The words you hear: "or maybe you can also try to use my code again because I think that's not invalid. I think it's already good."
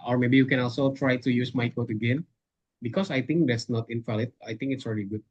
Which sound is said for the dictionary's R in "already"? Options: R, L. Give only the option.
R